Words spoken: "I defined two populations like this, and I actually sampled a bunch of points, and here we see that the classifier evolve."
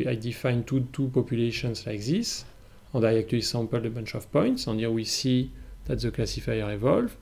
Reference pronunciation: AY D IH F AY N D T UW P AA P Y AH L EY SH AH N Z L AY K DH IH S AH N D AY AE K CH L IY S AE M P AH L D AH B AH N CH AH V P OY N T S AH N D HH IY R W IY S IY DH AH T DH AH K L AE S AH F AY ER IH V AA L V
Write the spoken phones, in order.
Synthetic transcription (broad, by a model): AY D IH F AY N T T UW P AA P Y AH L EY SH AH N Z L AY K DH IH S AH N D AY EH K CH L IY S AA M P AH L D AH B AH N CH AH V P OY N T S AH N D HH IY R W IY S IY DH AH T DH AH K L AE S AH F AY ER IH V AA L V